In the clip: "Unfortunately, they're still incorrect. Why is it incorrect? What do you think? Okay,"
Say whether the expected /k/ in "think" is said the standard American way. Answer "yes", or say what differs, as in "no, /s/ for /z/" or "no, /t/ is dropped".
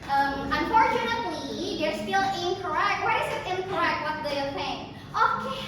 no, /k/ is dropped